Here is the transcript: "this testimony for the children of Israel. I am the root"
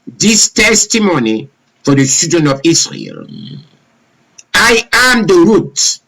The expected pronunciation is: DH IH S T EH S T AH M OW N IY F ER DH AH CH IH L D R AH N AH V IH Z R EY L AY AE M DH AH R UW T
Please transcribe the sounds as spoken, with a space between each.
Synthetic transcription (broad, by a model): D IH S T EH S T AH M OW N IY F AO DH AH S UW D AH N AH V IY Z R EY L AY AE M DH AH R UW T